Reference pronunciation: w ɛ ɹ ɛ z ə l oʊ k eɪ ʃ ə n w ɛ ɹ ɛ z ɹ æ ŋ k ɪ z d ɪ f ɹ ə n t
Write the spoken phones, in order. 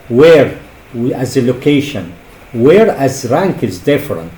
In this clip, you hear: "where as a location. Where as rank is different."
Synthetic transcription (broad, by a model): w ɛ ɹ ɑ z ə l oʊ k eɪ ʃ ə n w ɛ ɹ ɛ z ɹ æ ŋ k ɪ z d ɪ f ɹ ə n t